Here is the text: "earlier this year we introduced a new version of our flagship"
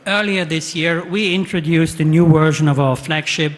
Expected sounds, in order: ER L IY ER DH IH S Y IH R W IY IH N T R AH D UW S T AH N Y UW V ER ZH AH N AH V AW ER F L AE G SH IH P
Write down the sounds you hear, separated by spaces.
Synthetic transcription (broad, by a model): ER L IY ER DH IH S Y IH R W IY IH N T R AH D UW S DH AH N Y UW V ER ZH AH N AH V AW ER F L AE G SH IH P